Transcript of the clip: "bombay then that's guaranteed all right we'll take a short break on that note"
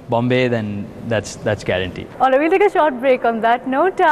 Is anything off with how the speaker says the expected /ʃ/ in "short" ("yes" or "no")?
no